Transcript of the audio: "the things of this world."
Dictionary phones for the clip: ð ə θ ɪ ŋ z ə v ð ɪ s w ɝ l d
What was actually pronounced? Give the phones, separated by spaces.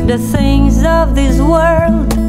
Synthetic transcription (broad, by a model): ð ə θ ɪ ŋ z ə v ð ɪ s w ɝ l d